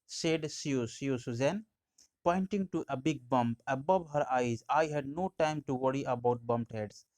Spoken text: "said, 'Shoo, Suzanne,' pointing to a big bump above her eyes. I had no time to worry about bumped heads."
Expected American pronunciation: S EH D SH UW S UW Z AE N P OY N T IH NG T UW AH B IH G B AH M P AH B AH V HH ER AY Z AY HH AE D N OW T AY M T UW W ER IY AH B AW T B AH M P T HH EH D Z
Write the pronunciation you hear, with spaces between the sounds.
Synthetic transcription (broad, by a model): S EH D S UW S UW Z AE N P OY N T IH NG T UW AH B IH G B AH M P AH B AH V HH ER AY Z AY HH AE D N OW T AY M T UW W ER IY AH B AW T B AH M P T HH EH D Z